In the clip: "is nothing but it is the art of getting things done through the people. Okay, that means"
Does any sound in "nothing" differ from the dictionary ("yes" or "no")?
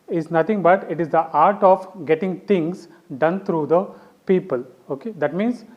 yes